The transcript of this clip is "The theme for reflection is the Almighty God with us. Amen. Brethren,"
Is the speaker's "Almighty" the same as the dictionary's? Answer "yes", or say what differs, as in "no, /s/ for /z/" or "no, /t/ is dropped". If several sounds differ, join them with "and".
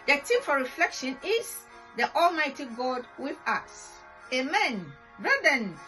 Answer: yes